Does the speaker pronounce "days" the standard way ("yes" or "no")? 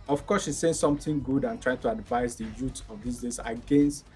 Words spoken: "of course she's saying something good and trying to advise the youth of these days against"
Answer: no